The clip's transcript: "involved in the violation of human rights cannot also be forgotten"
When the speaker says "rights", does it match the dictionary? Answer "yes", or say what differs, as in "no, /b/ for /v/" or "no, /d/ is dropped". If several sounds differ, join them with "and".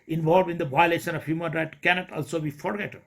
no, /s/ is dropped